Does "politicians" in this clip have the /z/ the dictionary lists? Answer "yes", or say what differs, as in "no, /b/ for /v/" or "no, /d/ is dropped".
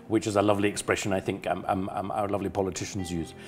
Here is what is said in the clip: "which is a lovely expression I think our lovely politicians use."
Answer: yes